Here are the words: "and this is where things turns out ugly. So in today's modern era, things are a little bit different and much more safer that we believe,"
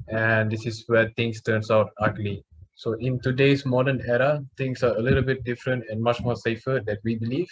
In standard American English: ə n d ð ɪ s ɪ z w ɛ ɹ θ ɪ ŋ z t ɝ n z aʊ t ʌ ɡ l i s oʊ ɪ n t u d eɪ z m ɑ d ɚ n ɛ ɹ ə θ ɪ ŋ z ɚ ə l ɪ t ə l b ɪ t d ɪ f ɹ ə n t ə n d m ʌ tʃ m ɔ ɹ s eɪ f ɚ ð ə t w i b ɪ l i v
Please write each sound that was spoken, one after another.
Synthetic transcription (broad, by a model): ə n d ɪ s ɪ s w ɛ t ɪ ŋ s t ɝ n s aʊ t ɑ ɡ l i s oʊ ɪ n t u d eɪ s m ɑ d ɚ n ɛ ɹ ə t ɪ ŋ s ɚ ə l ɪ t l b ɪ t d ɪ f ɹ ə n t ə n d m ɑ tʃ m ɔ s eɪ f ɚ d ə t w i b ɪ l i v